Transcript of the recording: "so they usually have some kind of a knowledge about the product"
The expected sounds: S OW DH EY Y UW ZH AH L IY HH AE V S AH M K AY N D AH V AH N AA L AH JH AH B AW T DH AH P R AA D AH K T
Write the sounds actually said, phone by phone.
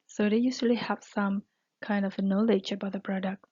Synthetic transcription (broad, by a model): S OW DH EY Y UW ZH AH L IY HH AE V S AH M K AY N D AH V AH N AA L AH JH AH B AW T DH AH P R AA D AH K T